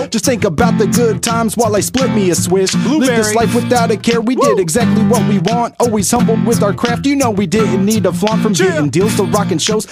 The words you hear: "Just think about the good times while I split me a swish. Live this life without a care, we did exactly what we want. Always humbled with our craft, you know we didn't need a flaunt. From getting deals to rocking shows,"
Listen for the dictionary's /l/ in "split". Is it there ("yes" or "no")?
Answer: yes